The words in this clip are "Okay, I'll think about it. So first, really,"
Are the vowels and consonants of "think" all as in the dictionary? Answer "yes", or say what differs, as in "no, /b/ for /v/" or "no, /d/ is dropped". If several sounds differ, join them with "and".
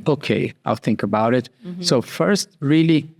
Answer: yes